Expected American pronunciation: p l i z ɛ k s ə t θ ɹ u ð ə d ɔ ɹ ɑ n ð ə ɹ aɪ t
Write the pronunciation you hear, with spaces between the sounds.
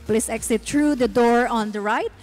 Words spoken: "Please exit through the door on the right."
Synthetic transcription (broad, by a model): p l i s ɛ k s ə t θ ɹ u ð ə d ɔ ɹ ɑ n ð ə ɹ aɪ t